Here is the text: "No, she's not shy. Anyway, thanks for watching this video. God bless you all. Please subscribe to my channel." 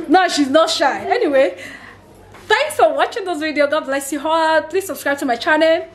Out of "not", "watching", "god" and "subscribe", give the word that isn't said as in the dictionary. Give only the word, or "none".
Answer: none